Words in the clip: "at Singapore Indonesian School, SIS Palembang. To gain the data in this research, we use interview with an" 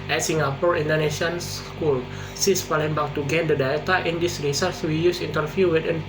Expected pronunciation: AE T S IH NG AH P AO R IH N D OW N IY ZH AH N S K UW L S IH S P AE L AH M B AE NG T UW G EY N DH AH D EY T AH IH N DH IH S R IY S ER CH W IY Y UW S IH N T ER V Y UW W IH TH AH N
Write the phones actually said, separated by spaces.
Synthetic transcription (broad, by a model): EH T S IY NG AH P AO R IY N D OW N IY S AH N S K UW L S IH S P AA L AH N B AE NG T UW G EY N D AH D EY T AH IH N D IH S R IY S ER S W IY Y UW S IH N T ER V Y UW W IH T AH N